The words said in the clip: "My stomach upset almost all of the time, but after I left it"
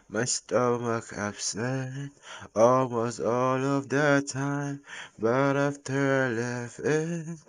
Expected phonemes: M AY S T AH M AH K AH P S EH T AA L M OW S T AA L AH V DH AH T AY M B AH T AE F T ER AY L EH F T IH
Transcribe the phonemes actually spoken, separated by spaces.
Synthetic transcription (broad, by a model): M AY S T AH M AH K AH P S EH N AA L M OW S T AA L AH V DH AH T AY M B AH T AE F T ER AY L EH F IH